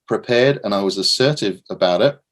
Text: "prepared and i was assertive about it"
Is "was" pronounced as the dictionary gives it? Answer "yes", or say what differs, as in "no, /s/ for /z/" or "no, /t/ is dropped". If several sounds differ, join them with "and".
yes